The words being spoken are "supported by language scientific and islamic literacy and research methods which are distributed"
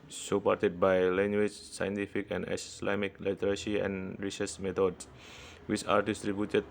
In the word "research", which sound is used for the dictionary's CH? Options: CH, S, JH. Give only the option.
S